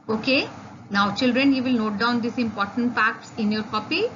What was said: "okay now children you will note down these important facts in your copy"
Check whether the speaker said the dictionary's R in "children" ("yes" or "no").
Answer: yes